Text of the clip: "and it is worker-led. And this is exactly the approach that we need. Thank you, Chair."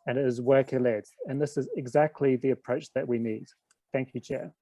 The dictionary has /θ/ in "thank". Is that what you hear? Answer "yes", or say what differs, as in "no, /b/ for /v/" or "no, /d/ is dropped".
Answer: yes